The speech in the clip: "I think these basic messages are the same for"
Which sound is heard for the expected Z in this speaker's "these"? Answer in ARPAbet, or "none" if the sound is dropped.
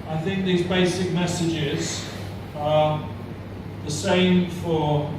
Z